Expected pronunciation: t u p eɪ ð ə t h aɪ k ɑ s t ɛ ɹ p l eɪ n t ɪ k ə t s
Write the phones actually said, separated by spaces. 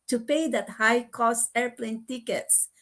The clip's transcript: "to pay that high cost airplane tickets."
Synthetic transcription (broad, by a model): t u p eɪ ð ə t h aɪ k ɑ s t ɛ ɹ p l eɪ n t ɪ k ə t s